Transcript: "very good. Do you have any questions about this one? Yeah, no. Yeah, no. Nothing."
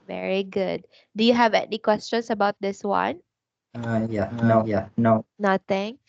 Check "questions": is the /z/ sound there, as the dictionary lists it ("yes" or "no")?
no